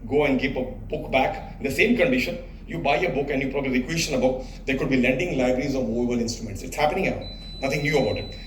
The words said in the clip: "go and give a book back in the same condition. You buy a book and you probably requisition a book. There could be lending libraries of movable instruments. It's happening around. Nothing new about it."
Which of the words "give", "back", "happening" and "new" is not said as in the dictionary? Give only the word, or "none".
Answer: give